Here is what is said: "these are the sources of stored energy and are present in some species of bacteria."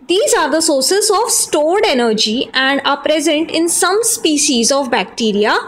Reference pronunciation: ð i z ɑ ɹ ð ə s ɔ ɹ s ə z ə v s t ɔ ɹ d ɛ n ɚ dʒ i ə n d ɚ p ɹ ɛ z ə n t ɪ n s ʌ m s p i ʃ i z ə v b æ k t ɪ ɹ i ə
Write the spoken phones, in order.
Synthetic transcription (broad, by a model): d i z ɑ ɹ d ə s ɔ ɹ s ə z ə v s t ɔ ɹ d ɛ n ɚ dʒ i ə n d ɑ p ɹ ɛ z ə n t ɪ n s ʌ m s p i ʃ i z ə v b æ k t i ɹ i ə